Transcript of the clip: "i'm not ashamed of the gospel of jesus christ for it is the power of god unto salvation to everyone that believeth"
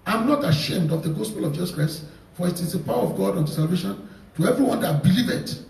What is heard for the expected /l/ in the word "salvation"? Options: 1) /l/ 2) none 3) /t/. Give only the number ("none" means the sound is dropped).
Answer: 1